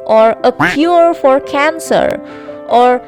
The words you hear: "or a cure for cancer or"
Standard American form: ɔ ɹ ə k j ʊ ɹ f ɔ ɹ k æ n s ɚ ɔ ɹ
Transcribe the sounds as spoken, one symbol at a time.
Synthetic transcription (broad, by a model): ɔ ɹ ə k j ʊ ɹ f ɔ ɹ k æ n s ɚ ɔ ɹ